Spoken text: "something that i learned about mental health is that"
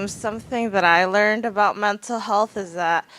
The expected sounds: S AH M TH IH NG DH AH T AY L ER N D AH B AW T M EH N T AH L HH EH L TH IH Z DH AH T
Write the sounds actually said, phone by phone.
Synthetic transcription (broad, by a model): S AH M TH IH NG DH AH T AY L ER N D AH B AW T M EH N T L HH EH L TH IH Z DH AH T